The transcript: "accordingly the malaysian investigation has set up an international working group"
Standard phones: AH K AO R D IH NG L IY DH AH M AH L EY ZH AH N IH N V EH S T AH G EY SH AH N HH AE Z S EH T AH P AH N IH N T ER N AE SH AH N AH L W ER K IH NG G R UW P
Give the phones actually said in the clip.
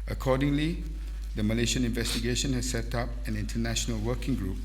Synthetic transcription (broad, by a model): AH K AO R D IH NG L IY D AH M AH L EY SH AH N IH N V EH S T AH G EY SH AH N HH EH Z S EH T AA P AH N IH N T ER N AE SH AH N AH L W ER K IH NG G R UW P